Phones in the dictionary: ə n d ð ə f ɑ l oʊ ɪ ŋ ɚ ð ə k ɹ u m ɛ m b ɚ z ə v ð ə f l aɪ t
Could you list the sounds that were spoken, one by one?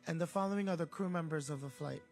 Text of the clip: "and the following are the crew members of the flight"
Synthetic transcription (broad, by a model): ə n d ð ə f ɑ l oʊ ɪ ŋ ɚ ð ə k ɹ u m ɛ m b ɚ z ə v ð ə f l aɪ t